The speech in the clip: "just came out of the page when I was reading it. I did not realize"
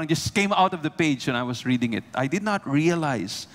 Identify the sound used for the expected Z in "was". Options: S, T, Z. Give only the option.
S